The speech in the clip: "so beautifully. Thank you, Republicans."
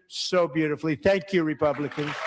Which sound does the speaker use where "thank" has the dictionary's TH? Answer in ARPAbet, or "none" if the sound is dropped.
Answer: TH